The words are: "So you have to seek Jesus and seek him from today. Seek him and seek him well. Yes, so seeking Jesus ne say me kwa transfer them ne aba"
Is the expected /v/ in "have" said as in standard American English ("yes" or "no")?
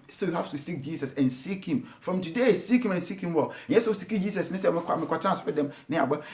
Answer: no